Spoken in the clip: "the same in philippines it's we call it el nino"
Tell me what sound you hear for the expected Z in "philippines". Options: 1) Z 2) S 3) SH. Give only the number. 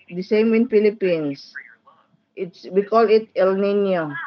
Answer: 2